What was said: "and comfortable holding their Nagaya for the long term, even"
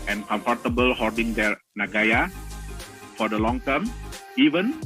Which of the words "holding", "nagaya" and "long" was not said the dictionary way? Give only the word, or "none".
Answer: holding